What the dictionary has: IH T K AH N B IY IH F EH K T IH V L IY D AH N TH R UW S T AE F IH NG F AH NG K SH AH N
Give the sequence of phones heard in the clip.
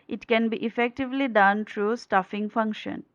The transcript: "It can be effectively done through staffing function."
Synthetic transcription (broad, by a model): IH T K AH N B IY IH F EH K T IH V L IY D AH N T R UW S T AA F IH NG F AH NG K SH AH N